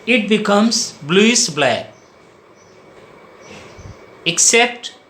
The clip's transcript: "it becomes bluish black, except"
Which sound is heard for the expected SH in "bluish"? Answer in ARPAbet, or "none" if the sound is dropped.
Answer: S